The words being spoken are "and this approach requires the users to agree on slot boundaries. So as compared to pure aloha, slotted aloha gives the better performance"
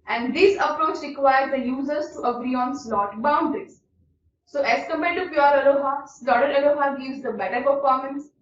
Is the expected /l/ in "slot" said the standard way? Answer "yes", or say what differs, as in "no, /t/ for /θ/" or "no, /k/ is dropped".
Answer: yes